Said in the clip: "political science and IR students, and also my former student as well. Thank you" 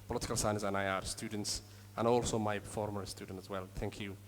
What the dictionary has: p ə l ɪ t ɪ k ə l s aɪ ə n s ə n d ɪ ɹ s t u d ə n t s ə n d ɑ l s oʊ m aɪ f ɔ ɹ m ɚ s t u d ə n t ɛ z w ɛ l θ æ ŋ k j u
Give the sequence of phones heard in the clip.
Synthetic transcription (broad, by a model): p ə l ɪ t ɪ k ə l s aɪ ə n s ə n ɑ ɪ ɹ s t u d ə n t s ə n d ɑ l s oʊ m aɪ f ɔ ɹ m ɚ s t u d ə n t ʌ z w ɛ l θ æ ŋ k j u